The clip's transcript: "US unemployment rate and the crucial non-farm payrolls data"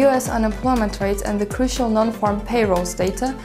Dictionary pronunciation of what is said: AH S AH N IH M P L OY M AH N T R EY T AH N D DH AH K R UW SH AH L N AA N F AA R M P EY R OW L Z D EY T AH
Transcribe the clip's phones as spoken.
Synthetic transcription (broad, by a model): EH S AH N IH M P L OY M AH N T R EY T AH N DH AH K R UW SH AH L N AA N F AA R M P EY R OW L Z D EY T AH